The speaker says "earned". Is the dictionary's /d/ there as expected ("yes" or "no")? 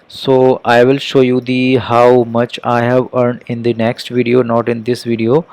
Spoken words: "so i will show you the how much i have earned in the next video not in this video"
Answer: yes